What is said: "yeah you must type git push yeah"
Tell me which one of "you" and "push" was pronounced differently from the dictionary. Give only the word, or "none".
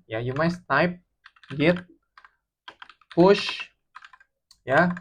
none